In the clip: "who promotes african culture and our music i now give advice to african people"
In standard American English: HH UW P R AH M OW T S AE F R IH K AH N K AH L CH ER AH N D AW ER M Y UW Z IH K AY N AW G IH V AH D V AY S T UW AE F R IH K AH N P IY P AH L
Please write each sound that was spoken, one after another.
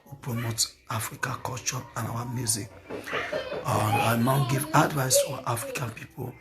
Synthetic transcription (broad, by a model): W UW P R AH M OW T AA F R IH K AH K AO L CH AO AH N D AW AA M Y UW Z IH K AY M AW G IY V AH D V AY S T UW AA F R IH K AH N P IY P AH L